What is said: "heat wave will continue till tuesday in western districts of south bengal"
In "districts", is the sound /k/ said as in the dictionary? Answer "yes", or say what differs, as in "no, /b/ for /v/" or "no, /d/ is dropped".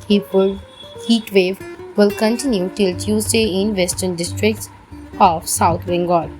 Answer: yes